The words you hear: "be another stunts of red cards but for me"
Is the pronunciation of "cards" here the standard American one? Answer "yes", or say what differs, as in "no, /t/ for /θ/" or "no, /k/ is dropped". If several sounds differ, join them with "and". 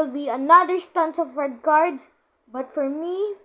no, /s/ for /z/